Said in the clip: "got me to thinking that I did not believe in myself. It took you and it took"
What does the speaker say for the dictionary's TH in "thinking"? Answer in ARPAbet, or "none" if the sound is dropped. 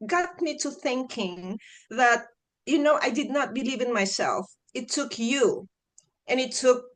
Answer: TH